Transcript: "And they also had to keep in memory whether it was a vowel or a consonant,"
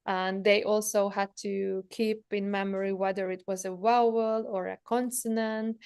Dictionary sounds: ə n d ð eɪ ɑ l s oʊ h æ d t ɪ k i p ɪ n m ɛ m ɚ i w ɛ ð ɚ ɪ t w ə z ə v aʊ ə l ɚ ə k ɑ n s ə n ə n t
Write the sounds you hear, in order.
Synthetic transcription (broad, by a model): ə n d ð eɪ ɑ l s oʊ h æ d t ɪ k i p ɪ n m ɛ m ɚ i w ɛ ð ɚ ɪ t w ə z ə w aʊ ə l ɚ ə k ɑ n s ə n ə n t